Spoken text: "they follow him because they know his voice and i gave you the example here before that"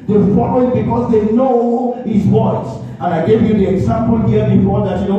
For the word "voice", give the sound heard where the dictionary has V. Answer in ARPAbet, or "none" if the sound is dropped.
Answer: W